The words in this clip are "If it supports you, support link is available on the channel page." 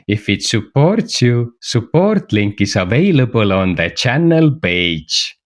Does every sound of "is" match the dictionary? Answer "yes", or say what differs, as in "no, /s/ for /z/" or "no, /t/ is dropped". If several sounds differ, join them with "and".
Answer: no, /s/ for /z/